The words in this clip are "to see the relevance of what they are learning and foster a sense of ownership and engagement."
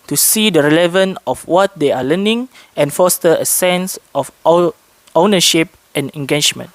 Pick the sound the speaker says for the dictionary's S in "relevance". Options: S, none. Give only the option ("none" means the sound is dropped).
none